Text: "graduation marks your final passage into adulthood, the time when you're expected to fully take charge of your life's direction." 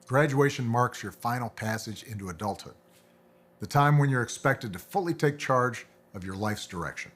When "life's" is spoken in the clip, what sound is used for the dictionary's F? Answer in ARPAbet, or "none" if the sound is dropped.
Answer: F